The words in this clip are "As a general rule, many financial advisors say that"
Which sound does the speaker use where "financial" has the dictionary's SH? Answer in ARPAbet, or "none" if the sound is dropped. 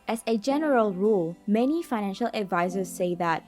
SH